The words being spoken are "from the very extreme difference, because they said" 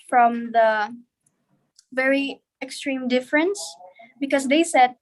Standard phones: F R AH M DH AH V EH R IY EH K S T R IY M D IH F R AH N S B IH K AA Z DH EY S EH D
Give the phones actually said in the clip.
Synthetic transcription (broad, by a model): F R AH M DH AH V EH R IY EH K S T R IY M D IH F R AH N S B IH K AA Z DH EY S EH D